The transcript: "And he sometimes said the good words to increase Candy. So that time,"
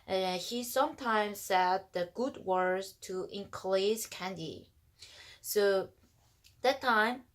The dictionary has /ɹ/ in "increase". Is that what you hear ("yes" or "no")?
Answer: no